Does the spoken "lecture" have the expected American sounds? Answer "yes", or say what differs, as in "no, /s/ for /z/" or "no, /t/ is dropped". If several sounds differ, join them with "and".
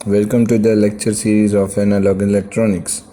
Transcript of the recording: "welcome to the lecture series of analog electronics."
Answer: yes